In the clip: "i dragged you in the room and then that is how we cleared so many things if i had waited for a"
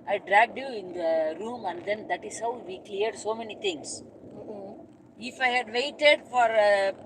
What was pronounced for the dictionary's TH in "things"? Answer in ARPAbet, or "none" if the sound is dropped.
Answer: T